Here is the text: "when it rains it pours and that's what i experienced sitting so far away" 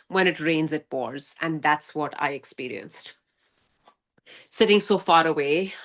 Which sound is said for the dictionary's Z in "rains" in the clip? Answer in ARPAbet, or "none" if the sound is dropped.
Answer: Z